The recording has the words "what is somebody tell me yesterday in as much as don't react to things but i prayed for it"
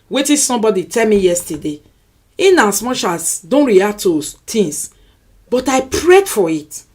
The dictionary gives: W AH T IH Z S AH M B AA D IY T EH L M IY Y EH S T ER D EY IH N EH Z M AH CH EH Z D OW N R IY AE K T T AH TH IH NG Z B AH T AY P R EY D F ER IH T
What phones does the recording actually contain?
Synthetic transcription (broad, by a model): W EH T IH S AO M B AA D IY T EH L M IY Y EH S T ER D EY IH N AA S M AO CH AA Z D OW N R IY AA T T AH T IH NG S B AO T AY P R EY D F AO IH T